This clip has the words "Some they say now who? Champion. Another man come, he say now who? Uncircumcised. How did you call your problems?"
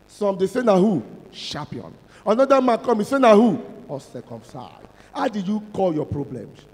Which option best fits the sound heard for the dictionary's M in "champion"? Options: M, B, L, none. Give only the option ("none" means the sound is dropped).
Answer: none